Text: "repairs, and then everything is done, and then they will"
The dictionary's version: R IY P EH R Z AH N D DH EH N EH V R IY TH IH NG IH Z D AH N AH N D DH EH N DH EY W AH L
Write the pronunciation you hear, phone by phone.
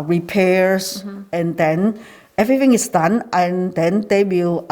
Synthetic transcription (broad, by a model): R IY P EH R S AH N D EH N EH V R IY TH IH NG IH S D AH N AH N D EH N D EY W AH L